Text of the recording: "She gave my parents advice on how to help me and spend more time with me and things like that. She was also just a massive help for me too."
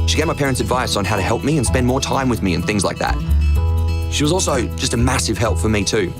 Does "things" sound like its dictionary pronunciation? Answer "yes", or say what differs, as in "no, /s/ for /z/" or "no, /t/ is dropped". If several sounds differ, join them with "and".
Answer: yes